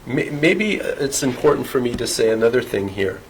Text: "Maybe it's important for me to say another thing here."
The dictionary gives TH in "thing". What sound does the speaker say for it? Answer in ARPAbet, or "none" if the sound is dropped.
TH